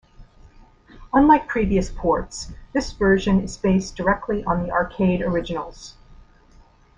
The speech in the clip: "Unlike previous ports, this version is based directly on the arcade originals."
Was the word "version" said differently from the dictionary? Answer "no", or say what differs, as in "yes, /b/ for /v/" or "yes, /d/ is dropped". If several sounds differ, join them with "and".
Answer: no